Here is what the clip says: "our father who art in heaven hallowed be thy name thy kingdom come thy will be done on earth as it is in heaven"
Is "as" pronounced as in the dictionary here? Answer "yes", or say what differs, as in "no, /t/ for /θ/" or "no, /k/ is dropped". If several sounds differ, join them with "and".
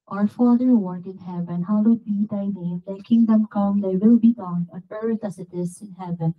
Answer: no, /s/ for /z/